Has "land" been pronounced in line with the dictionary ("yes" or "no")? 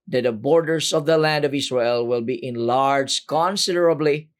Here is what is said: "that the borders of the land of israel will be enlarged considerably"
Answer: yes